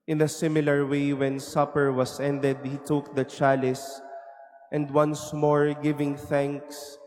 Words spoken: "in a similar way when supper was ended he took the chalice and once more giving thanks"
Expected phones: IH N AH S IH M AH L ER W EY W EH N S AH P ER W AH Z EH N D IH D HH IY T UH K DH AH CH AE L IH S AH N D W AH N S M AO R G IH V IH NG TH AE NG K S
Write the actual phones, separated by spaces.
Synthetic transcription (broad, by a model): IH N AH S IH M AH L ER W EY W EH N S AH P ER W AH S EH N D IH D HH IY T UH K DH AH CH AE L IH S AH N D W AH N S M AO R G IH V IH NG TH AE NG K S